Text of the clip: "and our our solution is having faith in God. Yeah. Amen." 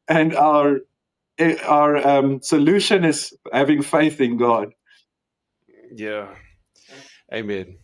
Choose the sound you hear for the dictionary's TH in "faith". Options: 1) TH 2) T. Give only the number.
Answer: 1